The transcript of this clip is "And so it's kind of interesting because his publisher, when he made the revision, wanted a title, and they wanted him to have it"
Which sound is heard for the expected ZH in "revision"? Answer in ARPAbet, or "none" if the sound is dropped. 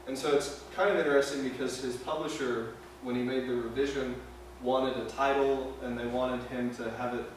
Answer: ZH